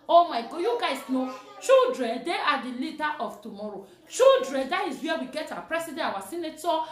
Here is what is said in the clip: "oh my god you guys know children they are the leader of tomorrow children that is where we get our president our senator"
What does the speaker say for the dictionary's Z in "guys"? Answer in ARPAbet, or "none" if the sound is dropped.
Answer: S